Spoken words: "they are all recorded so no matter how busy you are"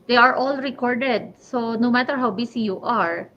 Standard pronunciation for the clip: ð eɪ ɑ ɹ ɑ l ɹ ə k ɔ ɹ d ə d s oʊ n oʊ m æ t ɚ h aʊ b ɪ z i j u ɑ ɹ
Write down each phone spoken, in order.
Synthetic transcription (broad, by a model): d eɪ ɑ ɹ ɑ l ɹ ə k ɔ ɹ d ə d s oʊ n oʊ m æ t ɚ h aʊ b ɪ s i j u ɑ ɹ